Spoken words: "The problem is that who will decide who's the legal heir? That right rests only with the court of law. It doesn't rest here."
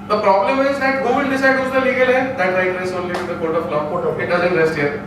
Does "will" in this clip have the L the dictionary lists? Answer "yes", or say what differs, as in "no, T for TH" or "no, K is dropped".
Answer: no, N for L